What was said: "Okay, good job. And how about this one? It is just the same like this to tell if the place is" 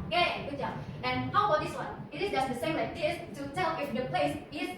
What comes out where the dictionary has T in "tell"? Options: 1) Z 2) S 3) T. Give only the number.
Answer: 3